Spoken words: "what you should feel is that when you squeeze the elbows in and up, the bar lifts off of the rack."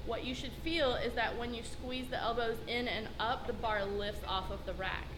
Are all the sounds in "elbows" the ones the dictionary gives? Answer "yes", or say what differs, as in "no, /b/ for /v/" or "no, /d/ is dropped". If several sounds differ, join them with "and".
yes